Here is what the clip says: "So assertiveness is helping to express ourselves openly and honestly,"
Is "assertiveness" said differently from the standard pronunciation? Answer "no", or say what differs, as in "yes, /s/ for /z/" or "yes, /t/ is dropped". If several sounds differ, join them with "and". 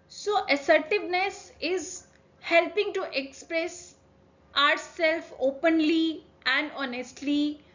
no